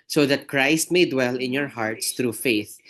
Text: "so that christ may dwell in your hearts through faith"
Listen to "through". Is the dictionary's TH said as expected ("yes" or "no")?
no